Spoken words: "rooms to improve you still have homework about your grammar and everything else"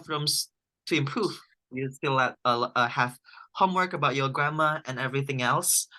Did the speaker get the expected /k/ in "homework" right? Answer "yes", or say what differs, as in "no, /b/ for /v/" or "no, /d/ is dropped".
yes